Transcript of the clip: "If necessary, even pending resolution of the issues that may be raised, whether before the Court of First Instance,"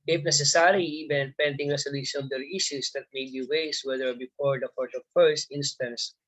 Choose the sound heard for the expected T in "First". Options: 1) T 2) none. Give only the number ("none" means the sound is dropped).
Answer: 1